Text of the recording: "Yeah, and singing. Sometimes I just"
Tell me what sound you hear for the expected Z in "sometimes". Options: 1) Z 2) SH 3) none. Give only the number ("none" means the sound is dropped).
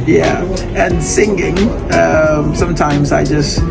1